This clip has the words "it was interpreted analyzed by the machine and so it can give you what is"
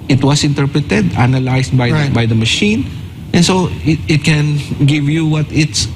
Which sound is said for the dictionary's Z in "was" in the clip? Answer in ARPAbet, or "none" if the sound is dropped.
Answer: S